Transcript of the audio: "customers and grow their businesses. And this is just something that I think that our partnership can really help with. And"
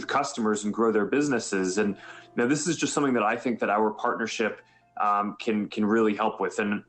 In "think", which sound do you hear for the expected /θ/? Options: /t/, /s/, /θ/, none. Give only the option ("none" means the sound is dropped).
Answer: /θ/